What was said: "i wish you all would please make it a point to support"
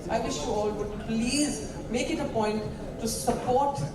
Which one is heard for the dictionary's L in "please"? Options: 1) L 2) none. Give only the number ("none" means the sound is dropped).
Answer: 1